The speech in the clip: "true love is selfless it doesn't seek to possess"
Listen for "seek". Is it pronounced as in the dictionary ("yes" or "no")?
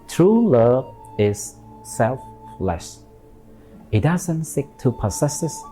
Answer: yes